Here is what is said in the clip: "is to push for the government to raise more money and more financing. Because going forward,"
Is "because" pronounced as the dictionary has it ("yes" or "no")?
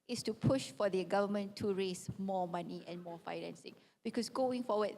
no